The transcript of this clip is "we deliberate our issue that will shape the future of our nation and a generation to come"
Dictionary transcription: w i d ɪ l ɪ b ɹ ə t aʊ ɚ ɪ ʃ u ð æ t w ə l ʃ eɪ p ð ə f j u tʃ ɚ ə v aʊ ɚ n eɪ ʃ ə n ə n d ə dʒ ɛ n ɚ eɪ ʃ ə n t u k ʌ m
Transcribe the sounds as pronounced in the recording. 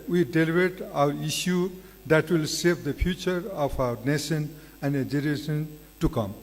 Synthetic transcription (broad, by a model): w i d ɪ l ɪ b ɹ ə t aʊ ɚ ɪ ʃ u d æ t w ə l s eɪ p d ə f j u tʃ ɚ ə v aʊ ɚ n eɪ ʃ ə n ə n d ə dʒ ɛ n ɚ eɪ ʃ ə n t u k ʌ m